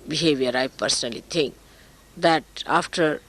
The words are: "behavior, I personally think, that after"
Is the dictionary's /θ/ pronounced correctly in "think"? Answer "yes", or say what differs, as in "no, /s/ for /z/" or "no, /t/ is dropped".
no, /t/ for /θ/